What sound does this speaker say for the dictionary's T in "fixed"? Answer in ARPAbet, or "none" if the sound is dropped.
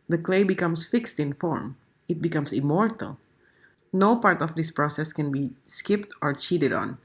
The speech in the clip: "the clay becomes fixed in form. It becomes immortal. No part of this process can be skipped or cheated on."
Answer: T